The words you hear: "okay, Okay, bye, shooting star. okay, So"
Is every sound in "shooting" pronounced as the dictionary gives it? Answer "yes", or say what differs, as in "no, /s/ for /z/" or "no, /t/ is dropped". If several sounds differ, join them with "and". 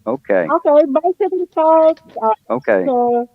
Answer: no, /s/ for /ʃ/